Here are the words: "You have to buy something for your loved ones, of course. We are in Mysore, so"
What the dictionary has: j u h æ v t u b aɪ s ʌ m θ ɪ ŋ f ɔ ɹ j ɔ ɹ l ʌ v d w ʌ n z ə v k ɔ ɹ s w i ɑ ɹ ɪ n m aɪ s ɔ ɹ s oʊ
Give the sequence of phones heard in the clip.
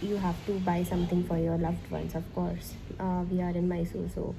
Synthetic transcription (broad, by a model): j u h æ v t u b aɪ s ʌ m t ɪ ŋ f ɔ ɹ j ɔ ɹ l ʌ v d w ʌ n s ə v k ɔ ɹ s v i ɑ ɹ ɪ n m aɪ s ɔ l s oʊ